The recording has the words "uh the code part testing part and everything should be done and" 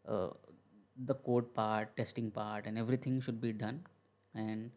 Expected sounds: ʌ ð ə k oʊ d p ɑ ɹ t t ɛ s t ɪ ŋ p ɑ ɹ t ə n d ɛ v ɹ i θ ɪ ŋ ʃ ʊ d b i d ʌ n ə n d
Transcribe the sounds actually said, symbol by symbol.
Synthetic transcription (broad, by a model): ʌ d ə k oʊ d p ɑ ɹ t t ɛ s t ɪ ŋ p ɑ ɹ t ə n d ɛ v ɹ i t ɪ ŋ ʃ ʊ d b i d ʌ n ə n d